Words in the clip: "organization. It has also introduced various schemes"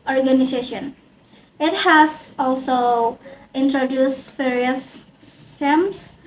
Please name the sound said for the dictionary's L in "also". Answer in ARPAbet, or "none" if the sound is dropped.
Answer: L